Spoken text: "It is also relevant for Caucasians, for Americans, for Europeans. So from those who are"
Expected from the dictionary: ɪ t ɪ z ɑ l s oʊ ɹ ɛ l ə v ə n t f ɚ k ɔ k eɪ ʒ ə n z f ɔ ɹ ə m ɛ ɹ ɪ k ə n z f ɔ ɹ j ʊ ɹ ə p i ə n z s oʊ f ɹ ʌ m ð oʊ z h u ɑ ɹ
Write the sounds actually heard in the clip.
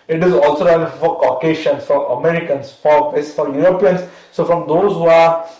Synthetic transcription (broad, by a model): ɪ t ɪ z ɑ l s oʊ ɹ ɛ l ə f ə t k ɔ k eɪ ʃ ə n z f ɔ ɹ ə m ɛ ɹ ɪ k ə n s f ɔ ɹ j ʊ ɹ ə p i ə n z s oʊ f ɹ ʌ m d oʊ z h u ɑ ɹ